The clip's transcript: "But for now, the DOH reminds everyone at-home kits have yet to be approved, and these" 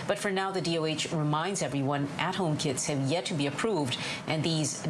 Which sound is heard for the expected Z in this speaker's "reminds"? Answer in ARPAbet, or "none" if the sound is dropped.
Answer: Z